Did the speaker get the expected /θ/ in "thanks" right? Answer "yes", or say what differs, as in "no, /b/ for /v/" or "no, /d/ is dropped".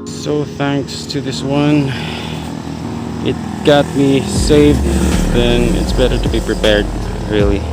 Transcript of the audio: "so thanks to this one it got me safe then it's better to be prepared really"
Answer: yes